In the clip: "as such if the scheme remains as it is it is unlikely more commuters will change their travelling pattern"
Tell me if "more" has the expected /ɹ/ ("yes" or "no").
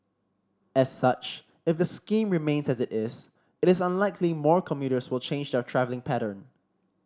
yes